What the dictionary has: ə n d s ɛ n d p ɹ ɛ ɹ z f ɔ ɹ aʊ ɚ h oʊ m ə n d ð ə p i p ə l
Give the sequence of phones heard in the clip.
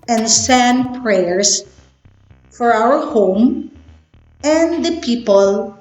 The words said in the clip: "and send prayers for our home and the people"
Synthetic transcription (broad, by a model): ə n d s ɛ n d p ɹ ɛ ɹ s f ɔ ɹ aʊ ɚ h oʊ m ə n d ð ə p i p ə l